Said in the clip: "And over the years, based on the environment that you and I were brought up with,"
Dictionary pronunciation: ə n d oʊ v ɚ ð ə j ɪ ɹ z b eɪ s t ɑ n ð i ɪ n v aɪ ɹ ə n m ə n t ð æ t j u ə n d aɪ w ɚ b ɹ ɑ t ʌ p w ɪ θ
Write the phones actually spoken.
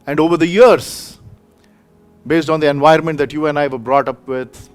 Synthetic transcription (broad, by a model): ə n d oʊ v ɚ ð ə j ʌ ɹ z b eɪ s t ɑ n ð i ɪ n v aɪ ə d m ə n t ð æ t j u ə n d aɪ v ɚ b ɹ ɑ t ʌ p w ɪ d